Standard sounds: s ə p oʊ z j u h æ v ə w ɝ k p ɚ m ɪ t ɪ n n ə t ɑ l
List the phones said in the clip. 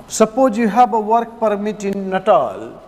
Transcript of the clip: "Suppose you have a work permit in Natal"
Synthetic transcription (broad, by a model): s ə p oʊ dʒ j u h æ b ə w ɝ k p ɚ m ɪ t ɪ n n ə t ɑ l